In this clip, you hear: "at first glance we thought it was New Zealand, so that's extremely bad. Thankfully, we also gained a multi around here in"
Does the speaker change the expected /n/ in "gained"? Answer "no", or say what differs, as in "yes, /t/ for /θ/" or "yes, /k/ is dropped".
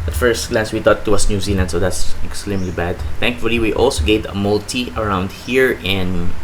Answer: yes, /n/ is dropped